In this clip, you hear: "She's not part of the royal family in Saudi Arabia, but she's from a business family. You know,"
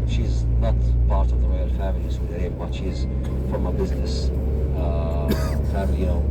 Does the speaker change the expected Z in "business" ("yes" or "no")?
no